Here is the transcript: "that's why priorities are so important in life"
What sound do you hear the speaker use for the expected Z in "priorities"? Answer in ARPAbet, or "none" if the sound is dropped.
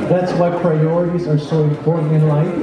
Z